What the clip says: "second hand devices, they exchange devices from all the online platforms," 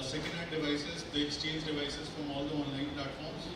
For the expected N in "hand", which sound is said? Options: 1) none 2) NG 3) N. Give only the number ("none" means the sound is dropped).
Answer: 1